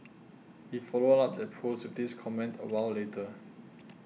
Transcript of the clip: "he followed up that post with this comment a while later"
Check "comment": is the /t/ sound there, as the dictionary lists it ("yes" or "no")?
yes